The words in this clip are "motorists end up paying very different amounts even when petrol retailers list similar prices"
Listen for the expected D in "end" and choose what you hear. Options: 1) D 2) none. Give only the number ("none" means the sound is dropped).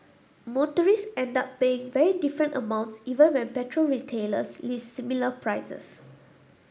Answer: 1